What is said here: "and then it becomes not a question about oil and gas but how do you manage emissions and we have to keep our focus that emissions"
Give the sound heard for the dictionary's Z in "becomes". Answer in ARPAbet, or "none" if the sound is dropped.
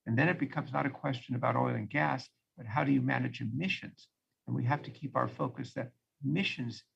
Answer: Z